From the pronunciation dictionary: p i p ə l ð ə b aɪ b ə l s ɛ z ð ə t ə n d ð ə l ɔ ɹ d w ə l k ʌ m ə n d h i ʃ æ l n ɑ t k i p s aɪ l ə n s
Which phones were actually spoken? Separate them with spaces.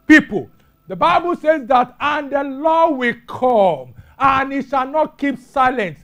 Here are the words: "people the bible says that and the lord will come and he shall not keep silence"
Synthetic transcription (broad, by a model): p i p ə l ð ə b aɪ b ə l s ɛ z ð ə t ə n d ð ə l ɔ w ə l k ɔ m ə n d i ʃ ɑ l n ɑ t k i p s aɪ l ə n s